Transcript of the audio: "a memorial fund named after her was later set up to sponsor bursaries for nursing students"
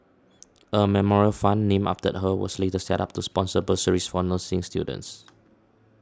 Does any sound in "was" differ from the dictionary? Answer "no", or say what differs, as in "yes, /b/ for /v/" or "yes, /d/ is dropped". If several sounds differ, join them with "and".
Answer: yes, /s/ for /z/